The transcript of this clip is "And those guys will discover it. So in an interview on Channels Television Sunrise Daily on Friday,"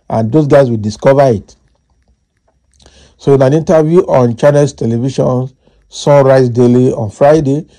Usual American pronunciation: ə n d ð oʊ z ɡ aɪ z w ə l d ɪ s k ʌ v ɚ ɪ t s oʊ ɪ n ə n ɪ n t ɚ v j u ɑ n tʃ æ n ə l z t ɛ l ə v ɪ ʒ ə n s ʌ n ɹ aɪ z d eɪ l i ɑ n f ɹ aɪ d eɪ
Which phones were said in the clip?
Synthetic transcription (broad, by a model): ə n d oʊ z ɡ aɪ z w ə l d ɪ s k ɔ v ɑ ɪ t s oʊ ɪ n ə n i n t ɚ v j u ɑ n tʃ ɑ n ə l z t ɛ l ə v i ʃ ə n s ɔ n ɹ aɪ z d eɪ l i ɑ n f ɹ aɪ d eɪ